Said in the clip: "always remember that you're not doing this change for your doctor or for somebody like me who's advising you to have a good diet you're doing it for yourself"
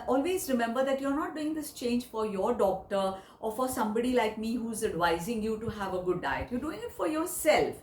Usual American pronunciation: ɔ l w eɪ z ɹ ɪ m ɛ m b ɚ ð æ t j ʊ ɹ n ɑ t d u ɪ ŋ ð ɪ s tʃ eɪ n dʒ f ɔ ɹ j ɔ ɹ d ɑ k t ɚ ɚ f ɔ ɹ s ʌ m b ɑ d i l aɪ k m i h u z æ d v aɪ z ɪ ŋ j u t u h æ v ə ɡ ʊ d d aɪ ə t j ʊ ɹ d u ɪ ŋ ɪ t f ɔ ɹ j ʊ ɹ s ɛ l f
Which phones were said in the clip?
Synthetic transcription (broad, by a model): ɔ l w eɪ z ɹ ɪ m ɛ m b ɚ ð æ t j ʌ ɹ n ɑ t d u ɪ ŋ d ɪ s tʃ eɪ n dʒ f ɔ ɹ j ɔ ɹ d ɑ k t ɚ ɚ f ɔ ɹ s ʌ m b ɑ d i l aɪ k m i h u z æ d v aɪ z ɪ ŋ j u t u h æ v ə ɡ ʊ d d aɪ ə t j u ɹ d u ɪ ŋ ɪ t f ɔ ɹ j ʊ ɹ s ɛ l f